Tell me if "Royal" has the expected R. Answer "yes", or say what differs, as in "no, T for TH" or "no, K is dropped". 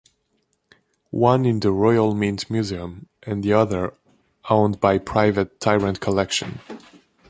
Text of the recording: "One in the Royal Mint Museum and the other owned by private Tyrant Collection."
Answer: yes